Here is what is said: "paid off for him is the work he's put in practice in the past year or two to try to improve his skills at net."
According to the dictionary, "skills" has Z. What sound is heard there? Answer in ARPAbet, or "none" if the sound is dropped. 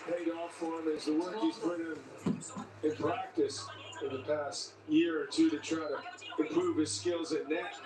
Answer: Z